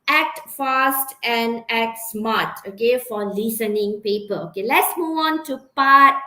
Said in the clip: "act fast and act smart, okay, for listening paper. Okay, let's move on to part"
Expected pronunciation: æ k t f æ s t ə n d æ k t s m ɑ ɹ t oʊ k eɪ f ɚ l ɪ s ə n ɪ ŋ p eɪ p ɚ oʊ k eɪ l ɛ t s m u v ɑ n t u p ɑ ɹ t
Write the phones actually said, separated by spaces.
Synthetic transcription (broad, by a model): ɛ k t f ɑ s t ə n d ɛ k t s m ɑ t oʊ k eɪ f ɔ l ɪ s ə n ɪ ŋ p eɪ p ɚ oʊ k eɪ l ɛ t s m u ɑ n t u p ɑ t